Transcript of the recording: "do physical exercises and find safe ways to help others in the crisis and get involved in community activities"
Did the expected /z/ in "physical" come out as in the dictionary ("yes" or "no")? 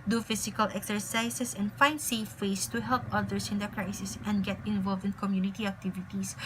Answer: no